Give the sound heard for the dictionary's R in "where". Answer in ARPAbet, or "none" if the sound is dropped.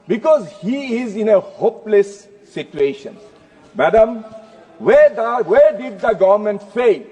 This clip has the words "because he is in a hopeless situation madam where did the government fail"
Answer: W